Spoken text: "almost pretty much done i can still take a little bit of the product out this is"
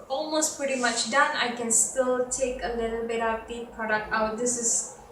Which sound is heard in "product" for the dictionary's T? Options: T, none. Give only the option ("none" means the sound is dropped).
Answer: T